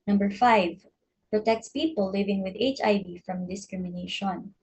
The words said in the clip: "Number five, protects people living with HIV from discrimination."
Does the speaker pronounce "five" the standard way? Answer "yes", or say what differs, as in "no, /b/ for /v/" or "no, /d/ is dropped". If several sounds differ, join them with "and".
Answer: yes